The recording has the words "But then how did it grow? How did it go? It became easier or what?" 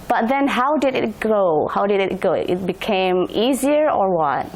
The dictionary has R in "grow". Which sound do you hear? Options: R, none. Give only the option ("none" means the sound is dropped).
none